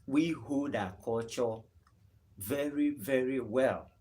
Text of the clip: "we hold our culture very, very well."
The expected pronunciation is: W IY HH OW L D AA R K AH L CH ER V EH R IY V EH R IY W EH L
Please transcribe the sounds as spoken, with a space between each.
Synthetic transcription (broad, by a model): W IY HH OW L D AA K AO CH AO V EH R IY V EH R IY W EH L